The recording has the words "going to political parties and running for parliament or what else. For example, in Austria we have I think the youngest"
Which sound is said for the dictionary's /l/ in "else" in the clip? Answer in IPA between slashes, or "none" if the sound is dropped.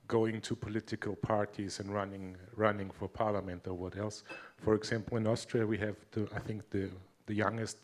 /l/